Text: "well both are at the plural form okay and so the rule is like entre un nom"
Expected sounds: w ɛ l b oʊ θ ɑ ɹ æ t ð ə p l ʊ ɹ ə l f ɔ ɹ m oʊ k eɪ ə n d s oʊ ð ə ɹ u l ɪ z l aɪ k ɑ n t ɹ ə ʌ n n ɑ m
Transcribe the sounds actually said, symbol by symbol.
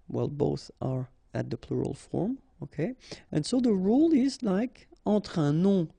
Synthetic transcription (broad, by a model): w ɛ l b oʊ θ ɑ ɹ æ t ð ə p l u ɹ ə l f ɔ ɹ m oʊ k eɪ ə n s oʊ ð ə ɹ u l ɪ z l aɪ k ɑ t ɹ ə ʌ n n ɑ